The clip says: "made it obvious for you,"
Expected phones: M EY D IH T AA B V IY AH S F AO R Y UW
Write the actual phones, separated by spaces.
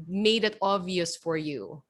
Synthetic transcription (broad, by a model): M EY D IH T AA V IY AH S F AO R Y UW